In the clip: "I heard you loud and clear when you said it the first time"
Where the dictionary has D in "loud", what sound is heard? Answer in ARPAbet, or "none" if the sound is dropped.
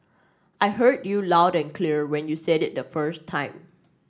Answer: D